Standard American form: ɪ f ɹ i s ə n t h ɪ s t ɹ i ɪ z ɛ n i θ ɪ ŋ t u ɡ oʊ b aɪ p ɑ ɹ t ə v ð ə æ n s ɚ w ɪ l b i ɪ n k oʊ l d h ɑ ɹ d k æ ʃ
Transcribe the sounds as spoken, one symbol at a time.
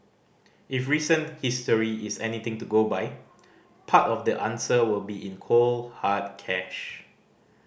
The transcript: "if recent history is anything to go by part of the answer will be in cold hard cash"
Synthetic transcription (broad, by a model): ɪ f ɹ i s ə n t h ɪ s t ɹ i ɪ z ɛ n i t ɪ ŋ t u ɡ oʊ b aɪ p ɑ t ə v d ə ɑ n s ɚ w ɪ l b i ɪ n k oʊ l h ɑ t k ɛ ʃ